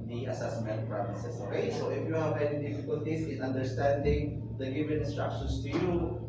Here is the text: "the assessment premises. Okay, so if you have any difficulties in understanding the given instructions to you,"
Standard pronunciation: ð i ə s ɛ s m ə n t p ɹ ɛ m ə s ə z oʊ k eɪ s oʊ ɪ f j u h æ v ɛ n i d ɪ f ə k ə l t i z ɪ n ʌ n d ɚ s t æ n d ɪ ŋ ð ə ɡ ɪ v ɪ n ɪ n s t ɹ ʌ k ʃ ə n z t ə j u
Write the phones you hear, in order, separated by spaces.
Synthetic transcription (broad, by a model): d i ə s ɛ s m ə n t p ɹ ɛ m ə s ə s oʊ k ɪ s oʊ ɪ f j u h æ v ɛ n i d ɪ f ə k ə l t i s ɪ n ʌ n d ɚ s t æ n d ɪ ŋ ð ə ɡ ɪ v ɪ n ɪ n s t ɹ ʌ k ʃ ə n s t ə j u